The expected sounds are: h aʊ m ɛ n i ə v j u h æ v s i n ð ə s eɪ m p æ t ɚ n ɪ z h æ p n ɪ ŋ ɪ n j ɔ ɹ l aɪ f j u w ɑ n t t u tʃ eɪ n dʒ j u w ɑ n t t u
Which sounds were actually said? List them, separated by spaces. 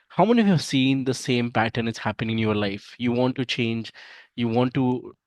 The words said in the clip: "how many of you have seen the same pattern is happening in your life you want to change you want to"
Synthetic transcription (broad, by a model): h aʊ m ɛ n i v j u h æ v s i n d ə s eɪ m p æ t ɚ n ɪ s h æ p ɪ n ɪ n j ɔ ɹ l aɪ f j u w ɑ n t t u tʃ eɪ n dʒ j u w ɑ n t t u